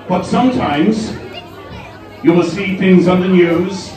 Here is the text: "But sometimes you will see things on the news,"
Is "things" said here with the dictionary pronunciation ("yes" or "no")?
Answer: yes